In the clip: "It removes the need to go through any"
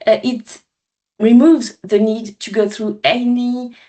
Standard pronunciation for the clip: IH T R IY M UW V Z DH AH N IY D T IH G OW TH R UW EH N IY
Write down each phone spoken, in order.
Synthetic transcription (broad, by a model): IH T R IY M UW V Z DH AH N IY D T IH G OW TH R UW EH N IY